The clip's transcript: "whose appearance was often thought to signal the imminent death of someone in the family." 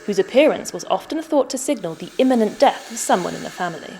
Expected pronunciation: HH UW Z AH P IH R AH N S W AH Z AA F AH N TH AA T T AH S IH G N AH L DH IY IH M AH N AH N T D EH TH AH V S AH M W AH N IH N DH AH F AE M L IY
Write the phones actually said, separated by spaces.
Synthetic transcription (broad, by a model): HH UW Z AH P IH R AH N S W AH Z AA F AH N TH AA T T AH S IH G N AH L DH IY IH M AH N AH N D EH TH AH V S AH M W AH N IH N DH AH F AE M L IY